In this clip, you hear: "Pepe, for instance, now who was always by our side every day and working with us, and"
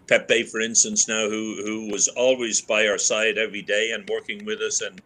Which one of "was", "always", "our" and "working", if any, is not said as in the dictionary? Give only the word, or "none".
none